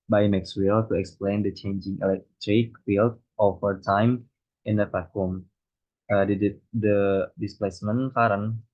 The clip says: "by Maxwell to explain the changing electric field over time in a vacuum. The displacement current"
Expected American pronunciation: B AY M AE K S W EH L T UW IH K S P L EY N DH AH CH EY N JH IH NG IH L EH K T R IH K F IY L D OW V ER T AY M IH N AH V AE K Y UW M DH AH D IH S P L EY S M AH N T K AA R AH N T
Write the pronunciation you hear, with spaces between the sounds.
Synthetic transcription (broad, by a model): B AY M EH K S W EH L T UW IH K S P L EY N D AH CH EY N JH IH NG IH L EH K T R IH K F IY L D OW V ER T AY M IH N AH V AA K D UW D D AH D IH S P L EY S M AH N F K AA R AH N